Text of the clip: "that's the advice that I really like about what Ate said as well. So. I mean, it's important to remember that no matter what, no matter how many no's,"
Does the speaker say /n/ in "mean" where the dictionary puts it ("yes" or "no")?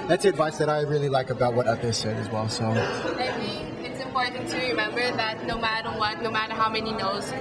no